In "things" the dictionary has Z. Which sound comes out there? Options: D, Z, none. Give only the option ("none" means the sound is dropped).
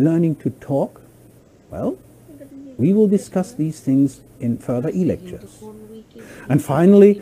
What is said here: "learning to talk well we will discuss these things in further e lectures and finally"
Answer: Z